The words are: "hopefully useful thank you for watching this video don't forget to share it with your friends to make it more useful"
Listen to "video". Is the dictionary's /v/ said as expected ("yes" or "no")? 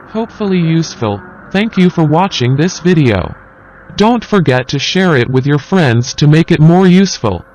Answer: yes